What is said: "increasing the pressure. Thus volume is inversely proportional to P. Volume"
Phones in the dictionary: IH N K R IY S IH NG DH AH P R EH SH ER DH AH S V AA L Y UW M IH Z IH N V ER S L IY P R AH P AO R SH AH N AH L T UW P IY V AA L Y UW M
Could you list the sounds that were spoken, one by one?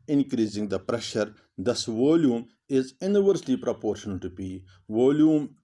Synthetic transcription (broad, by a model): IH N K R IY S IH NG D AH P R EH SH ER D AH S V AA L Y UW M IH Z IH N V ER S L IY P R AH P AO R SH AH N AH L T UW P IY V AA L Y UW M